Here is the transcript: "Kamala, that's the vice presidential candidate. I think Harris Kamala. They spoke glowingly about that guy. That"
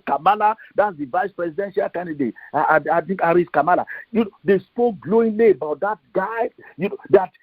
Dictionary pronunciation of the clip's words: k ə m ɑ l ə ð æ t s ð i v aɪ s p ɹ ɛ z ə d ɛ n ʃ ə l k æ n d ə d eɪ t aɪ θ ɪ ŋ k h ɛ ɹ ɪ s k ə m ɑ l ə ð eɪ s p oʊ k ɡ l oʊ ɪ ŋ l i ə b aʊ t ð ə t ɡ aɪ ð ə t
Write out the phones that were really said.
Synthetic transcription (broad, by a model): k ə m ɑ l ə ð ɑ t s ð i v aɪ s p ɹ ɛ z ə d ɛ n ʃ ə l k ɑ n d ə d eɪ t aɪ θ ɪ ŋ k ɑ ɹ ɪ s k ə m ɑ l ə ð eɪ s p oʊ k ɡ l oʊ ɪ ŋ l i ə b aʊ t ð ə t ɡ aɪ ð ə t